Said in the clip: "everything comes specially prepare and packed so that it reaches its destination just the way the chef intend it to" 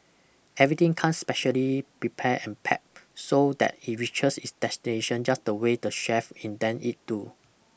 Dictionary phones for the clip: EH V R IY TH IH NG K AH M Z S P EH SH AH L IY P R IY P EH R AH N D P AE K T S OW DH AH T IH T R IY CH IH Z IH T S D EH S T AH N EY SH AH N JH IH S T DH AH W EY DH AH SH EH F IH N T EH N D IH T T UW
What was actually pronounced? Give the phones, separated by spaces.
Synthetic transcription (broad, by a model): EH V R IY T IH NG K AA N S P EH SH AH L IY P R IY P EH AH N P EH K S OW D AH T IH T R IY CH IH S IH T S D EH S T AH N EY SH AH N JH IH S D AH W EY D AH SH EH F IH N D EH N IH T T UW